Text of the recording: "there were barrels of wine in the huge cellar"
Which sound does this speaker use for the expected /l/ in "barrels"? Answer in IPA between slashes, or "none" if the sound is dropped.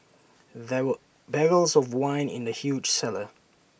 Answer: /l/